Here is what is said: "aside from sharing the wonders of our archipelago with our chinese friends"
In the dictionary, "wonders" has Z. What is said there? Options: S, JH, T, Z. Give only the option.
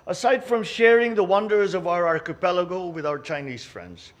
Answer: Z